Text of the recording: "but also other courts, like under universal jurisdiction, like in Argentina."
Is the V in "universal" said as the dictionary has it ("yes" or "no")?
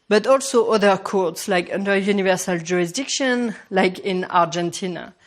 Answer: yes